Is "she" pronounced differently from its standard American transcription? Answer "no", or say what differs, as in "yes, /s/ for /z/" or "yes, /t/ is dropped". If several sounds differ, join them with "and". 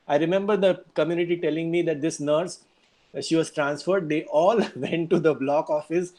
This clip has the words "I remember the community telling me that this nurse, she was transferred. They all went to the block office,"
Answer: no